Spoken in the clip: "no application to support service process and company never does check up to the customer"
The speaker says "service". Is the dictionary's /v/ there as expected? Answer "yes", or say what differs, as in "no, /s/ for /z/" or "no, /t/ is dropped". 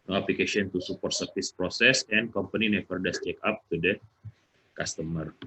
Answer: no, /f/ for /v/